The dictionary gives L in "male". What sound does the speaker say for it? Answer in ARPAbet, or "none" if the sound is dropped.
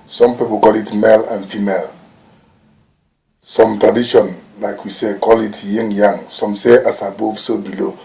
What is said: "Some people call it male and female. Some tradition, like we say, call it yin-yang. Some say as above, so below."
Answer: L